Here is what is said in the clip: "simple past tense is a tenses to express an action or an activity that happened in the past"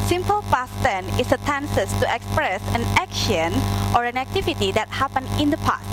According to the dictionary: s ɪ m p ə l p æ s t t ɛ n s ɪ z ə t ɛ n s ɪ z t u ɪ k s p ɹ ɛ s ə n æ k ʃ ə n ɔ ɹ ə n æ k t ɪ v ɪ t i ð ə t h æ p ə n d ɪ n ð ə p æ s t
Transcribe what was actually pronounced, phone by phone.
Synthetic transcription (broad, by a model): s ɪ m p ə l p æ s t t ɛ n ɪ s ə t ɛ n s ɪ s t u ɪ k s p ɹ ɛ s ə n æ k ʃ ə n ɔ ɹ ə n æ k t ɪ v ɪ t i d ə t h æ p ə n ɪ n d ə p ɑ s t